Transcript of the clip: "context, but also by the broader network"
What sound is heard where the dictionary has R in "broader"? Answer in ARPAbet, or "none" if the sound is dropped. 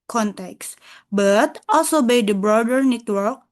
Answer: R